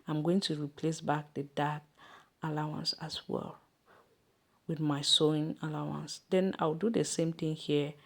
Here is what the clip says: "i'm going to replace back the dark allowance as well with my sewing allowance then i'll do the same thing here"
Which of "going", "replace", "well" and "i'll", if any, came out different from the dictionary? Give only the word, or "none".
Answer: i'll